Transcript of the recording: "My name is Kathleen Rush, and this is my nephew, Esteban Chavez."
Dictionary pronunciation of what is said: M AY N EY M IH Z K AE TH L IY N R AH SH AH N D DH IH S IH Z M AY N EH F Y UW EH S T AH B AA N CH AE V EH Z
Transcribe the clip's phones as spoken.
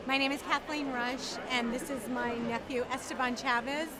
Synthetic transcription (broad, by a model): M AY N EY M IH Z K AE TH L IY N R AH SH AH N DH IH S IH Z M AY N EH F Y UW EH S T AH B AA N CH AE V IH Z